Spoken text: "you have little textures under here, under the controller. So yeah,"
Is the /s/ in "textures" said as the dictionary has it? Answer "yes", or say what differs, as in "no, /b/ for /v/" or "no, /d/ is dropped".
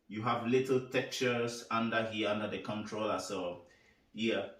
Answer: no, /s/ is dropped